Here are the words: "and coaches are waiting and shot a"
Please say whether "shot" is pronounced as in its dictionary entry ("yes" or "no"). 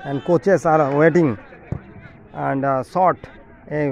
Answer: no